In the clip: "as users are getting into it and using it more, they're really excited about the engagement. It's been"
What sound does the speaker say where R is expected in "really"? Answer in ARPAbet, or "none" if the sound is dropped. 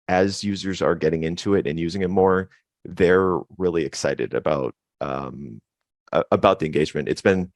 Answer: R